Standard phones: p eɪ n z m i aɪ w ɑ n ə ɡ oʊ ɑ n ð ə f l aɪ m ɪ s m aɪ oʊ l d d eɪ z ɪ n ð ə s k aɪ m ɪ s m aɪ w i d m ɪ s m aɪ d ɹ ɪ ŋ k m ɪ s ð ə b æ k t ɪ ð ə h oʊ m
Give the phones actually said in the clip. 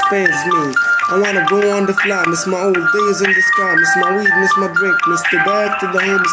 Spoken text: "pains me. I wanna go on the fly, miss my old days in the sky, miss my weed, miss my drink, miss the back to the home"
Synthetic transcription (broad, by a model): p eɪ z m i aɪ w ɑ n ə ɡ oʊ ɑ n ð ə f l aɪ m ɪ s m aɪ oʊ l d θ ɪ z ɪ n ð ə s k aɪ m ɪ s m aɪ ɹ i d m ɪ s m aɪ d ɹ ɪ k m ɪ s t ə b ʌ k t ɪ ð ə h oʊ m